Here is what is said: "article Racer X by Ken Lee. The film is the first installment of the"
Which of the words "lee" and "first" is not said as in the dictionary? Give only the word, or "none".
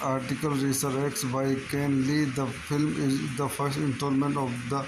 none